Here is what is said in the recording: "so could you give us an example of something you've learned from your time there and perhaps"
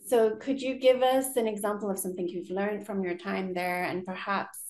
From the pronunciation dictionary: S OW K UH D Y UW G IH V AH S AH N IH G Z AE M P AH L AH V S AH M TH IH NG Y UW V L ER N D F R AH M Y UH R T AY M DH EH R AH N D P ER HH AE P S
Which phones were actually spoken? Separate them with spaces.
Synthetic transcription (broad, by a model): S OW K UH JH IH G IH V AH S AH N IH G Z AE M P L AH V S AH M TH IH NG Y UW V L ER N D F R AH M Y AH R T AY M DH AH R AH N P ER HH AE P S